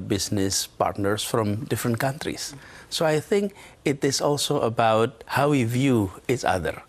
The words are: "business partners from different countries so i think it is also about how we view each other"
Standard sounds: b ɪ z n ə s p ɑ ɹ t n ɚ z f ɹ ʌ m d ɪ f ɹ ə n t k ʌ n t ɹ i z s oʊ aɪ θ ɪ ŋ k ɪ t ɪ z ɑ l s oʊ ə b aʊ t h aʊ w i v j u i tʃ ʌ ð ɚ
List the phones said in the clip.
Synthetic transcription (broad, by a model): b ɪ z n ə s p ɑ ɹ t n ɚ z f ɹ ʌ m d ɪ f ɹ ə n t k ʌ n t ɹ i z s oʊ aɪ θ ɪ ŋ k ɪ t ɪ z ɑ l s oʊ ə b aʊ t h aʊ w i v j u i s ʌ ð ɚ